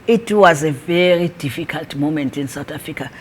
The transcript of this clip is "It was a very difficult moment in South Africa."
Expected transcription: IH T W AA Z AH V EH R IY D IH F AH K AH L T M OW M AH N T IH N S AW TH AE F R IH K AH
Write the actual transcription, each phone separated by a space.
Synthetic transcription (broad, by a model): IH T W AA Z AH V EH R IY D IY F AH K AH L T M OW M AH N T IH N S AW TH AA F R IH K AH